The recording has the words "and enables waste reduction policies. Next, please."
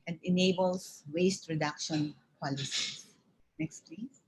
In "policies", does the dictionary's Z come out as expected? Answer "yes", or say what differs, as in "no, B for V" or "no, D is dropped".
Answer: no, Z is dropped